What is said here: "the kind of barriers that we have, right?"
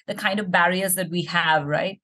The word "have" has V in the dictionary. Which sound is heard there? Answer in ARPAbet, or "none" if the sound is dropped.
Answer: V